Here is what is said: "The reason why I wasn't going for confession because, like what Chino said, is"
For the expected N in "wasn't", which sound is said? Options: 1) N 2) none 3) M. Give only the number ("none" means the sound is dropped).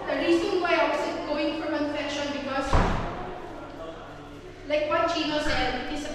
2